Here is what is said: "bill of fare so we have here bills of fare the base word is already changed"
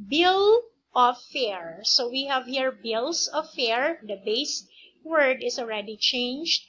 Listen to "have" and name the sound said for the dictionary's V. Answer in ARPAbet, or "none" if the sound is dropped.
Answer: V